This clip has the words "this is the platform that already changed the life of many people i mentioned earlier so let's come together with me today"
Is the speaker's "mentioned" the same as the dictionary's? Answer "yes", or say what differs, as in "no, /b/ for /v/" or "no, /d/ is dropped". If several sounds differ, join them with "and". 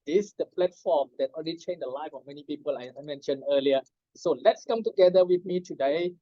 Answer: no, /d/ is dropped